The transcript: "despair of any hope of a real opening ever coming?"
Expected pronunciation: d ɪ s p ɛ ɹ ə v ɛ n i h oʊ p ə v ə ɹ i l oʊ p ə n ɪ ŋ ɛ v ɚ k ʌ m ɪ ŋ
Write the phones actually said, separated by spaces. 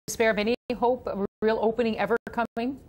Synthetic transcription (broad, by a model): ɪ s p ɛ ɹ ə v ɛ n i h oʊ ə p ə ɹ i l oʊ p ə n ɪ ŋ ɛ v ɚ k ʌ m ɪ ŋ